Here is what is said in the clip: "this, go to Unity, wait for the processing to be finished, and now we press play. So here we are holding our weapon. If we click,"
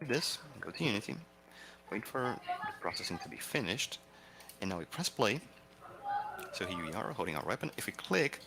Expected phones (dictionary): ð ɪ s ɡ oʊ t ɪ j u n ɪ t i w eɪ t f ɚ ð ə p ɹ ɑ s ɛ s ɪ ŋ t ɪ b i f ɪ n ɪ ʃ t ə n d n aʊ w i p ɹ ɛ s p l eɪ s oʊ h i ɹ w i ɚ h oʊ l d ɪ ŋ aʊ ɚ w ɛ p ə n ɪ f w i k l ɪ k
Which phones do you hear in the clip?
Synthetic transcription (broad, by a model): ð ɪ s ɡ oʊ t ɪ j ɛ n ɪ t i w eɪ t f ɚ ð ə p ɹ ɑ s ɛ s ɪ ŋ t ɪ b i f ɪ n ɪ ʃ t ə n n aʊ w i p ɹ ɛ s p l eɪ s oʊ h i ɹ w i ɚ h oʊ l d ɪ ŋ aʊ ɚ w ɛ p ə n ɪ f w i k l ɪ k